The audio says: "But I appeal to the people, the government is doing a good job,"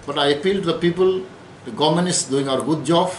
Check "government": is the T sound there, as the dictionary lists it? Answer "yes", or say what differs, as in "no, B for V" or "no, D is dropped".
no, T is dropped